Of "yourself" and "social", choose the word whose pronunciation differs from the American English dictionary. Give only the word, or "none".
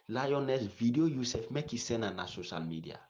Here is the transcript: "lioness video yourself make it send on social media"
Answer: yourself